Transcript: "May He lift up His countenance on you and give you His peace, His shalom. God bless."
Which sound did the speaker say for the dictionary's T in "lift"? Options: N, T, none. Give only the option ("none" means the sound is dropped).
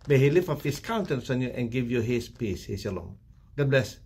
none